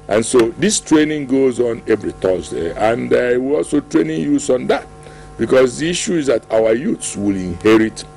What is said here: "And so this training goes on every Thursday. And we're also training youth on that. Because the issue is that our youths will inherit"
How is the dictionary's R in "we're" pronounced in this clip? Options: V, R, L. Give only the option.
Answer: L